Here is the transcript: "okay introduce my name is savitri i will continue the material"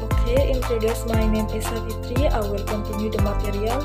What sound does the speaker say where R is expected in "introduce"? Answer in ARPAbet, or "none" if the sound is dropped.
none